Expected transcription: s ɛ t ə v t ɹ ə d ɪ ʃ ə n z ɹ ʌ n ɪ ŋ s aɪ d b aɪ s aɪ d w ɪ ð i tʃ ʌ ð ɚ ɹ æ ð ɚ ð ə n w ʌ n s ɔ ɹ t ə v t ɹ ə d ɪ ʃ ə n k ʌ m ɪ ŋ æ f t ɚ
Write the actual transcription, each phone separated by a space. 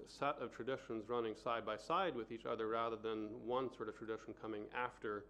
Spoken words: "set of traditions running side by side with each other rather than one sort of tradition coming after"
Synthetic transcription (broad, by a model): s ɛ t ə v t ɹ ə d ɪ ʃ ə n z ɹ ʌ n ɪ ŋ s aɪ d b aɪ s aɪ d w ɪ ð i tʃ ʌ ð ɚ ɹ æ ð ɚ ð ə n w ʌ n s ɔ ɹ t ə v t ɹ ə d ɪ ʃ n k ʌ m ɪ ŋ æ f t ɚ